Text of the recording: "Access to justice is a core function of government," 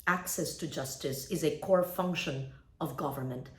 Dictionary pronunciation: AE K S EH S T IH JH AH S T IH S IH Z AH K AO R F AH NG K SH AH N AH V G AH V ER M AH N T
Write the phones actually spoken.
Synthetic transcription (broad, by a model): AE K S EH S T IH JH AH S T IH S IH Z AH K AO R F AH NG K SH AH N AH V G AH V ER M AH N T